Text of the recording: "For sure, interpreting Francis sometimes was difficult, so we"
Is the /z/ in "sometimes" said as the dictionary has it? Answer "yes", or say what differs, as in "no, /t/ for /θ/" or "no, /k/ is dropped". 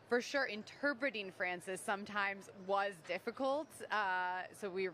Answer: yes